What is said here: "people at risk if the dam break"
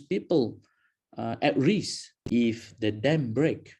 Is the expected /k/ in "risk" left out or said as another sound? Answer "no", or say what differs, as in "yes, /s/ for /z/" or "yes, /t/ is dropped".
yes, /k/ is dropped